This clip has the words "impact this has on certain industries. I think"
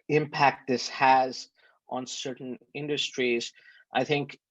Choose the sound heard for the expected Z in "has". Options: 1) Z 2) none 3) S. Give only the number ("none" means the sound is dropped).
1